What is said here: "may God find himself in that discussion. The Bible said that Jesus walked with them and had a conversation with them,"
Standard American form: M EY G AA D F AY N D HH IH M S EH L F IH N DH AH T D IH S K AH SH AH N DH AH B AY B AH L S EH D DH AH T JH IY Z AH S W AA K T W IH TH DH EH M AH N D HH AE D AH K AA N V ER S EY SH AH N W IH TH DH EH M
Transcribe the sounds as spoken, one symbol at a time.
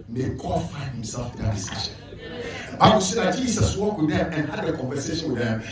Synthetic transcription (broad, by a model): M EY G AA D F AY N D HH IH M S EH L F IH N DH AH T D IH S IY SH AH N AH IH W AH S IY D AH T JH IY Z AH S W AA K W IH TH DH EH M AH N HH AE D AH K AA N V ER S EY SH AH N W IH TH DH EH M